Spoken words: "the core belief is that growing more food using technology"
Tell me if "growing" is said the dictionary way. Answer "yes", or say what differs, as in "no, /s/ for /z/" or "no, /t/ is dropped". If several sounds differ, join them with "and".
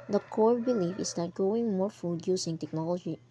no, /ɹ/ is dropped